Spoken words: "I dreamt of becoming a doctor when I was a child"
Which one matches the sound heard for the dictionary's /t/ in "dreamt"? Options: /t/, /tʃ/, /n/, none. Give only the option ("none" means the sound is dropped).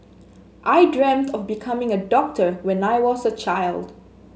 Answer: /t/